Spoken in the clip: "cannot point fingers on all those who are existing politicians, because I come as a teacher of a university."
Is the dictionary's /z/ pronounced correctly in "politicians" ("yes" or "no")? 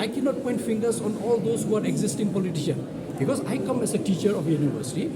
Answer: no